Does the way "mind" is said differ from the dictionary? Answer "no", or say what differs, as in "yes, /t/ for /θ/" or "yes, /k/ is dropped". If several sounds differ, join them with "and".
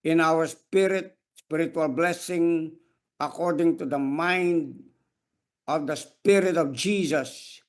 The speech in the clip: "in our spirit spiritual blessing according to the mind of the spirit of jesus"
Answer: no